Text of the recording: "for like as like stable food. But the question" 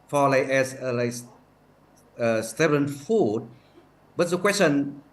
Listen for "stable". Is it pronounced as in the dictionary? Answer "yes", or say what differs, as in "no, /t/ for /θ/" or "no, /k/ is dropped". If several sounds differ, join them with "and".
no, /n/ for /l/